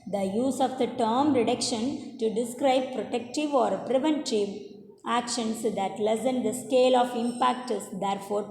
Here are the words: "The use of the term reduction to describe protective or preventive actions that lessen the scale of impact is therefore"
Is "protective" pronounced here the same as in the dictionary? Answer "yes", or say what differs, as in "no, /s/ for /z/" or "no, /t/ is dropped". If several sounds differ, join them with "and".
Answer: yes